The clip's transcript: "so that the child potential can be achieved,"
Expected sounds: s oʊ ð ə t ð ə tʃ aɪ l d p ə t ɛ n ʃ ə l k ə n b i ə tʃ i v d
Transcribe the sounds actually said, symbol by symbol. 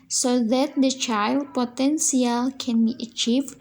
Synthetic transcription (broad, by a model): s oʊ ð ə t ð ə tʃ aɪ l d p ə t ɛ n s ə l k ə n b i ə tʃ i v